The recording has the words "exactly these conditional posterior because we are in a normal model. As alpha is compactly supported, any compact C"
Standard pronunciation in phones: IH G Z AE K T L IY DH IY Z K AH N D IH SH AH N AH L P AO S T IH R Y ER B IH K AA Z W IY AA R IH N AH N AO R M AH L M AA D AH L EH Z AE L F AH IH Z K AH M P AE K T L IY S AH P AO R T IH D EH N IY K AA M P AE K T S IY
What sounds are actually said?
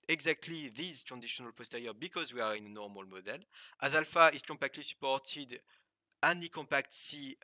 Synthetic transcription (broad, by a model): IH G Z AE K T L IY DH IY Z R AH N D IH SH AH N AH L P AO S T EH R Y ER B IH K AA Z W IY AA R IH N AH N AO R M AH L M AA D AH L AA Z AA L F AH IH Z K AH M P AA K T L IY S AH P AO R T IH D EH N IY K AA M P AE K T S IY